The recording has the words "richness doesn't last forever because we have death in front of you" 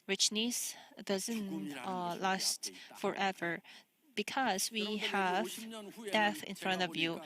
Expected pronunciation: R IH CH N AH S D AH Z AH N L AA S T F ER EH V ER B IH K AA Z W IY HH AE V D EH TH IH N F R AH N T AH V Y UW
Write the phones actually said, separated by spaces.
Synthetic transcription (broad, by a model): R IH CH N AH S D AH Z AH N L AA S T F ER EH V ER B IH K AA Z W IY HH AE V D EH TH IH N F R AH N T AH V Y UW